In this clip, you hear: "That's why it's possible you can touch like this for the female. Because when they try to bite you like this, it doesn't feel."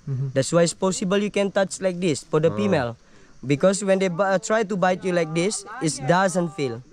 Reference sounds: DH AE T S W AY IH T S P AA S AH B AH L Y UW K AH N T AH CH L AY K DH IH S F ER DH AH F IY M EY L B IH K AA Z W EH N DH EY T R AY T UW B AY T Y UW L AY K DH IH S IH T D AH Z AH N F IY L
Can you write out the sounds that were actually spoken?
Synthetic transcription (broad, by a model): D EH T S W AY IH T S P AA S AH B AH L Y UW K AH N T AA CH L AY K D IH S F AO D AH P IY M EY L B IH K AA S W EH N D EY T R AY T UW B AY T Y UW L AY K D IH S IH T D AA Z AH N F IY L